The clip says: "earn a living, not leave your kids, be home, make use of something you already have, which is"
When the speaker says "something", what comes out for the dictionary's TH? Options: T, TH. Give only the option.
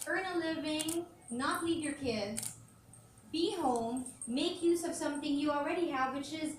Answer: TH